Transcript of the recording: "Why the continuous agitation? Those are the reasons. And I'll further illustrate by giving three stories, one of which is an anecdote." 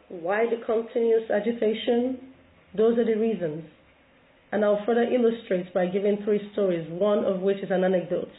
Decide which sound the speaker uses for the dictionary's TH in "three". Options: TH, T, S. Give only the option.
TH